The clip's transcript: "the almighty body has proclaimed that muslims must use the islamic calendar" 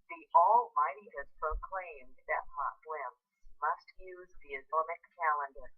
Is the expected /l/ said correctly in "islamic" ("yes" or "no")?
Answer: no